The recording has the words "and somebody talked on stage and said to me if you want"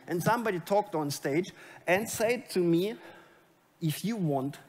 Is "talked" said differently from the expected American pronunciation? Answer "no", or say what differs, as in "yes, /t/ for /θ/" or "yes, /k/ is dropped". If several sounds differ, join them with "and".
no